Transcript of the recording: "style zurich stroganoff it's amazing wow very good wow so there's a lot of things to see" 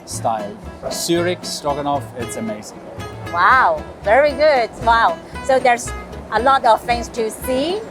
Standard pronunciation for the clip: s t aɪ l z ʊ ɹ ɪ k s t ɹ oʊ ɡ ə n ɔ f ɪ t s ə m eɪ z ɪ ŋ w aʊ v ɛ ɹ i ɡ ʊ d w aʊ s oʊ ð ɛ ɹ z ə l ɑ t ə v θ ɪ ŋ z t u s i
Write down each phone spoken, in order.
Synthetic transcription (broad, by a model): s t aɪ l s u ɹ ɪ k s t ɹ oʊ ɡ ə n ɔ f ɪ t s ə m eɪ z ɪ ŋ w aʊ v ɛ ɹ i ɡ ʊ d w aʊ s oʊ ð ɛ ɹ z ə l ɑ t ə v f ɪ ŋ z t u s i